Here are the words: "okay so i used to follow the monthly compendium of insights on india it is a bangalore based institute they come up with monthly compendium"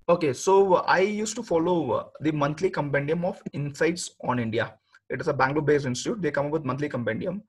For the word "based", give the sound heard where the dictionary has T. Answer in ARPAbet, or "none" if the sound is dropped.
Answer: none